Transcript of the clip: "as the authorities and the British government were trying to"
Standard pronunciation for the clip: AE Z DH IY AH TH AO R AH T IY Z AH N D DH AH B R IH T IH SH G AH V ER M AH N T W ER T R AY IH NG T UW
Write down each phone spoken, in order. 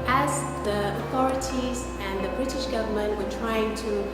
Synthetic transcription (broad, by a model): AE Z DH IY AH TH AO R AH T IY Z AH N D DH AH B R IH T IH SH G AH V ER M AH N T W ER T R AY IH NG T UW